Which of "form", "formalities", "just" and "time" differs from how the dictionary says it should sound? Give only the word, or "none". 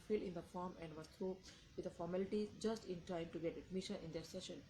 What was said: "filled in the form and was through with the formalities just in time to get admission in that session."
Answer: formalities